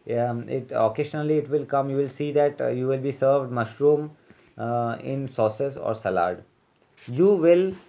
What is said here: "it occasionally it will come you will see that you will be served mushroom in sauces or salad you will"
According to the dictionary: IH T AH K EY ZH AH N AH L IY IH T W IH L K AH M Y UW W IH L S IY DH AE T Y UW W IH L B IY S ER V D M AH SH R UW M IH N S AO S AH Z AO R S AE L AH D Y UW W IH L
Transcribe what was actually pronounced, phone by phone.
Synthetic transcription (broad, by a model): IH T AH K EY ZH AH N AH L IY IH T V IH L K AH M Y UW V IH L S IY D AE T Y UW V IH L B IY S ER V D M AH SH R UW M IH N S AO S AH S AO R S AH L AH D Y UW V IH L